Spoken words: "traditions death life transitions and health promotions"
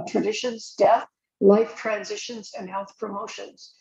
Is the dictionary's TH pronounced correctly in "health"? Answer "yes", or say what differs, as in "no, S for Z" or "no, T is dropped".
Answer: yes